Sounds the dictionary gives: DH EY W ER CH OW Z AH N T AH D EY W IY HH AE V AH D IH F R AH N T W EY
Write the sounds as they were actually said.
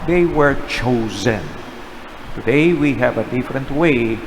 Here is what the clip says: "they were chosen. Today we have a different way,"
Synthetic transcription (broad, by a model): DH EY W ER CH OW Z AH N T AH D EY W IY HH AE V AH D IH F R AH N T W EY